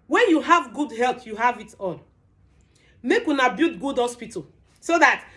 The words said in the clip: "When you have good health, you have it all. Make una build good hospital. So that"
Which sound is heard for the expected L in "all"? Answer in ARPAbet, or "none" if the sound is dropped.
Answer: N